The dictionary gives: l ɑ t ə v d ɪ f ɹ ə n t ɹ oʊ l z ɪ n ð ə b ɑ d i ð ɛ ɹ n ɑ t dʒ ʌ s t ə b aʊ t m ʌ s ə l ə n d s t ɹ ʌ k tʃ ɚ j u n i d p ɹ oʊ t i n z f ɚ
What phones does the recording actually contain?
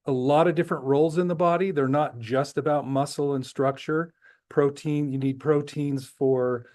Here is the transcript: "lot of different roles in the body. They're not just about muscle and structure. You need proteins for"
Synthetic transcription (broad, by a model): l ɑ t ə v d ɪ f ɹ ə n t ɹ oʊ l z ɪ n ð ə b ɑ d i ð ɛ ɹ n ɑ t dʒ ʌ s t ə b aʊ t m ʌ s l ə n s t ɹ ʌ k tʃ ɚ j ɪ n i d p ɹ oʊ t i n z f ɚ